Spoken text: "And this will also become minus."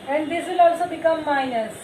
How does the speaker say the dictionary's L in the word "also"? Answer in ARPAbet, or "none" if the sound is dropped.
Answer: L